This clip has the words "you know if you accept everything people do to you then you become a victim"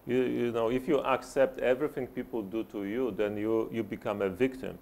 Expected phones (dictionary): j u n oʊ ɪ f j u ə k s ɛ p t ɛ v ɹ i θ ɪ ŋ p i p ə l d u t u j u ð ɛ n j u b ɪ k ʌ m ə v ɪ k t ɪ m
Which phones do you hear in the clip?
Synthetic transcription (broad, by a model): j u n oʊ ɪ f j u ə k s ɛ p t ɛ v ɹ i θ ɪ ŋ p i p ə l d u t u j u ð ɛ n j u b ɪ k ʌ m ə v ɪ k t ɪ m